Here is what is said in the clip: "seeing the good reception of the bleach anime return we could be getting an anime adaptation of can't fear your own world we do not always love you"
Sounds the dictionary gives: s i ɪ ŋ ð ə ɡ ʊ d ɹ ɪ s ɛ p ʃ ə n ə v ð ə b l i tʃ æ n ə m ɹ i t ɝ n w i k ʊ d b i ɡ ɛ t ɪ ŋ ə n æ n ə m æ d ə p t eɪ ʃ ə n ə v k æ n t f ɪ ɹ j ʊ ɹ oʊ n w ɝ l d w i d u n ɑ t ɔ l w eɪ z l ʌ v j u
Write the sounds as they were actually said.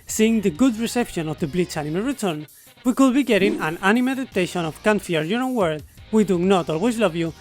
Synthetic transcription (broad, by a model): s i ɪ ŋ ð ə ɡ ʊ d ɹ ɪ s ɛ p ʃ ə n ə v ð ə b l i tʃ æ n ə m ɹ i t ɝ n w i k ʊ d b i ɡ ɛ t ɪ ŋ ə n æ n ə m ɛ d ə t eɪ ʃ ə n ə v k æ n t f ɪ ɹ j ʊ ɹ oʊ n w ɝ d w i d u n ɑ t ɔ l w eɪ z l ʌ v j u